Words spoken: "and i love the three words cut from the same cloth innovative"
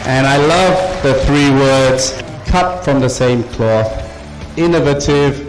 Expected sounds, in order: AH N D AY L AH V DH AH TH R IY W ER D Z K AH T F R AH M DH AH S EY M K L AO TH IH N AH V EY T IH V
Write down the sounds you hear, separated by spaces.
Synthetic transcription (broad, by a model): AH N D AY L AH V DH AH TH R IY W ER D Z K AH T F R AH M DH AH S EY M K L AO TH IH N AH V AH T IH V